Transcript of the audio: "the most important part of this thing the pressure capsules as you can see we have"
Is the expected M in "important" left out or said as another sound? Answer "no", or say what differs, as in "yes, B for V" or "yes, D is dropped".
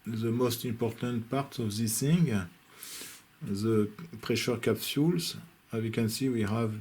no